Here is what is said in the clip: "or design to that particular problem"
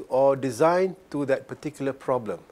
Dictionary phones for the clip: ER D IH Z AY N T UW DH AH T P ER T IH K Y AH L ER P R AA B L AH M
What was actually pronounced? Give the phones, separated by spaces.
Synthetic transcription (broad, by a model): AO D IH Z AY N T UW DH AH T P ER T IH K Y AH L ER P R AA B L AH M